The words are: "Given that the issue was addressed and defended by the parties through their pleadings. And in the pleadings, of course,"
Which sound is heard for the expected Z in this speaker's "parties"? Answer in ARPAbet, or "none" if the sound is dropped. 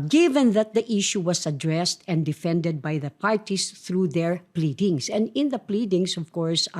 S